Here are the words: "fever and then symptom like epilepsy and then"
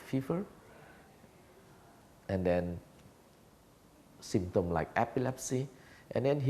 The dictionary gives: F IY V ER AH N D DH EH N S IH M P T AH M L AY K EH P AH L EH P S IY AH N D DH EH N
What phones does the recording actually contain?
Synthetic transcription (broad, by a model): F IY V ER AH N D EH N S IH M T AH M L AY K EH P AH L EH P S IY AH N D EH N